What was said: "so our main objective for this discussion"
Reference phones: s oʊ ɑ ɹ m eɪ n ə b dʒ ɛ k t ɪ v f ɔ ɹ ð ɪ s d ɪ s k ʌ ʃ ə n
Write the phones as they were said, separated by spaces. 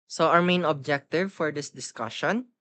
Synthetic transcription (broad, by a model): s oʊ ɑ ɹ m eɪ n ə b dʒ ɛ k t ɪ v f ɔ ɹ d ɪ s d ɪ s k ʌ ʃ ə n